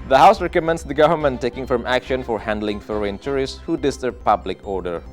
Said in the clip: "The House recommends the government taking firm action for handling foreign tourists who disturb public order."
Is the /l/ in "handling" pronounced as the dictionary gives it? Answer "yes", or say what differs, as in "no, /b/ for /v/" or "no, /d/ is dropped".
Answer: yes